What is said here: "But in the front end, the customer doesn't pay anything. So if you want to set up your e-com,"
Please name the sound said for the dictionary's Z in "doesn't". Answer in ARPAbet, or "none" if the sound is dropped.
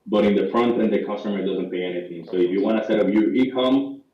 Z